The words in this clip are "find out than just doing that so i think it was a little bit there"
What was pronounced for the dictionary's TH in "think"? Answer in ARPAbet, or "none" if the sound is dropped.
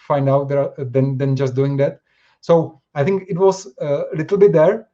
T